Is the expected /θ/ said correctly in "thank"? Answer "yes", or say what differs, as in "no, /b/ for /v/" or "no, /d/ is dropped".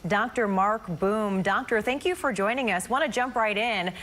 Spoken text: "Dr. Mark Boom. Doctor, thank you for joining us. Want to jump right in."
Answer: yes